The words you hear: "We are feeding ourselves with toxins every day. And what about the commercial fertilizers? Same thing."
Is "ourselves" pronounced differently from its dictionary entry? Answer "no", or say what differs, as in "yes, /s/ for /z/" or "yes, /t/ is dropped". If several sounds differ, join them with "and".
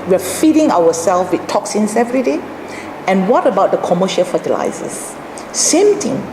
yes, /w/ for /ɹ/